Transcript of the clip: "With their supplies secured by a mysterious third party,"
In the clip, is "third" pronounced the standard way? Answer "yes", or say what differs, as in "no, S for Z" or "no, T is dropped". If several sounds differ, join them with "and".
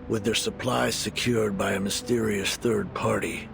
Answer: yes